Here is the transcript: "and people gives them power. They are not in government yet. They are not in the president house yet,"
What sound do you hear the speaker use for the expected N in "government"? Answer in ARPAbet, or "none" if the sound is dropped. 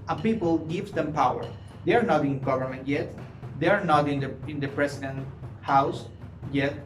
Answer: N